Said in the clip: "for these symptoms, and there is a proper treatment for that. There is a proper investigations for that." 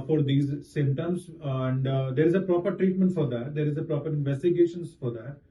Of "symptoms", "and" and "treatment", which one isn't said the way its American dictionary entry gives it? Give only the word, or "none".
symptoms